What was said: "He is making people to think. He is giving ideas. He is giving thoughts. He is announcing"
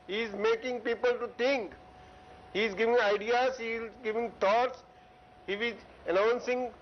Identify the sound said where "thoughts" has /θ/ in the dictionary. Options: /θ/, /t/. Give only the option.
/t/